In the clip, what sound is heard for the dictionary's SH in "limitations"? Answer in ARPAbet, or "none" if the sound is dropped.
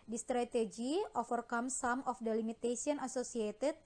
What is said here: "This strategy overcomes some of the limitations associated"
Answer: S